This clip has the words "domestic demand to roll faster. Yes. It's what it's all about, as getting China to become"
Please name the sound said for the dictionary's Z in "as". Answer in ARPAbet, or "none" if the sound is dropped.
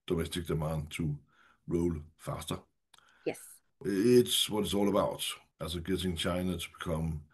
S